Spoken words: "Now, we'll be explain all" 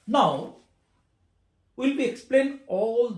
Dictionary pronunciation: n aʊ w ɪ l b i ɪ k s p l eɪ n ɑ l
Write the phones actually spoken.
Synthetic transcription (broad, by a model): n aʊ w ɪ l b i ɪ k s p l eɪ n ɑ l